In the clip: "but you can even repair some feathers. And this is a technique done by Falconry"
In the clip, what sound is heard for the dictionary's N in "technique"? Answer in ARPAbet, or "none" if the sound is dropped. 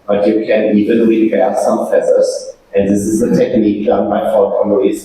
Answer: N